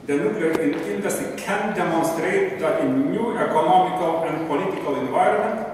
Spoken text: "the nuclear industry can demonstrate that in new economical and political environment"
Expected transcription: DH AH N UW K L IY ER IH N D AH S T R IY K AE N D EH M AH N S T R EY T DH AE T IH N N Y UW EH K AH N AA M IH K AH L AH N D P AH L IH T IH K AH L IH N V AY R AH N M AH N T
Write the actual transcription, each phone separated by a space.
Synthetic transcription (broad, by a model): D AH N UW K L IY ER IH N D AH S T IY K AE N D EH M AH N S T R EY T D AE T IH N N Y UW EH K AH N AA M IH K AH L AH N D P AH L IH T IH K AH L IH N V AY R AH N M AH N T